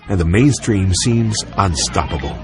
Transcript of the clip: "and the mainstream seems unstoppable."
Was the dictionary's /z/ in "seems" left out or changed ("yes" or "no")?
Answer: no